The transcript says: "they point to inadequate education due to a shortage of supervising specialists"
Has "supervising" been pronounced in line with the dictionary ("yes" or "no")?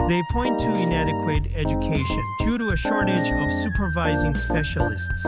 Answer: yes